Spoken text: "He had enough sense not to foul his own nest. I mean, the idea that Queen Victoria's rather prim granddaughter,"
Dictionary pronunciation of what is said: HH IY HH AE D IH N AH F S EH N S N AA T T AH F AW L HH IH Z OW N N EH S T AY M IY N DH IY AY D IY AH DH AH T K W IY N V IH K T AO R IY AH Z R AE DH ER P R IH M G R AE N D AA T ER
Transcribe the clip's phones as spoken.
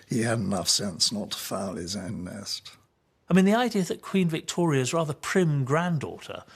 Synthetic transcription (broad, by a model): HH IY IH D IH N AH F S EH N S N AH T T AH F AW L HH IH Z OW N N EH S T AY M IY N DH IY AY D IY AH DH AH T K W IY N V IH K T AO R IY AH Z R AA DH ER P R IH M G R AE N D AA T ER